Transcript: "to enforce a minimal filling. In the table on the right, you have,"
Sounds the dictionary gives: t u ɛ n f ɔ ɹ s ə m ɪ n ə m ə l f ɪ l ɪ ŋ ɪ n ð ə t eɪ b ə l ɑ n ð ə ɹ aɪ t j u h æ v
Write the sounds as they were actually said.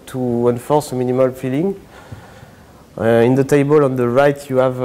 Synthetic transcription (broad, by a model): t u ɛ n f ɔ ɹ s ə m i n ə m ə l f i l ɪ ŋ ɪ n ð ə t eɪ b ə l ɑ n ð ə ɹ aɪ t j u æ v